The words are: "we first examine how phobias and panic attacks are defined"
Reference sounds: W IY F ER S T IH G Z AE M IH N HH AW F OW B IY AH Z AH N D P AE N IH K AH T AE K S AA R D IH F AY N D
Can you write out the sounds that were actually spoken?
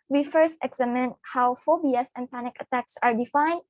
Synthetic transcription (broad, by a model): W IY F ER S T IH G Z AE M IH N HH AW F OW B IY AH S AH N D P AE N IH K AH T AE K S AA R D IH F AY N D